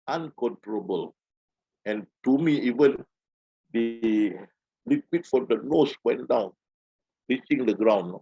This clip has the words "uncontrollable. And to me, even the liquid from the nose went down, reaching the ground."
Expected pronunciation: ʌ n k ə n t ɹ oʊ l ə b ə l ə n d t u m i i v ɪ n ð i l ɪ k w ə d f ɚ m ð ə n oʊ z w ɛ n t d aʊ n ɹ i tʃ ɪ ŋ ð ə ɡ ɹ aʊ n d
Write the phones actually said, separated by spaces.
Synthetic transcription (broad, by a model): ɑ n k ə n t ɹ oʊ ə b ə l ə n t u m i i v ɪ n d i l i k w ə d f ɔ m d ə n oʊ s w ɛ n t d aʊ n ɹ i s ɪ ŋ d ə ɡ ɹ aʊ n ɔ